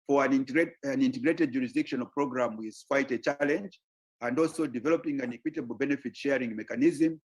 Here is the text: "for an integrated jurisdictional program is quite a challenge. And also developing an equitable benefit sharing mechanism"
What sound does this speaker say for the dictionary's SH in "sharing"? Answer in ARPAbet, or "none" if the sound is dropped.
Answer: SH